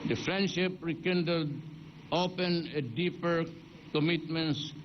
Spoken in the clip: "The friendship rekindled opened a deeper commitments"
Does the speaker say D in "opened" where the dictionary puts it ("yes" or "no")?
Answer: no